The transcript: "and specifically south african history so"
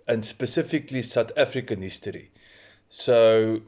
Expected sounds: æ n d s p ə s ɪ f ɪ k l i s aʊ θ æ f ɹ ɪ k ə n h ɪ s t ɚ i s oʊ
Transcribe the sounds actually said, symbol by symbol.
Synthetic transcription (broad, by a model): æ n s p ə s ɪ f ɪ k l i s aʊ t æ f ɹ ɪ k ə n h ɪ s t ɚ i s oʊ